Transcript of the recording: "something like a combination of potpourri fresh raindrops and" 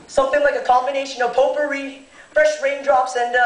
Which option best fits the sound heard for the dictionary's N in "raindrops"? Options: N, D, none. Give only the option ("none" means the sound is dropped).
N